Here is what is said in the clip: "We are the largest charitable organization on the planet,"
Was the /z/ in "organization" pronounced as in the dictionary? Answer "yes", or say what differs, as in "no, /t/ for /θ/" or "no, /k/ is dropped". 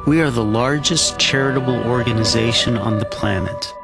yes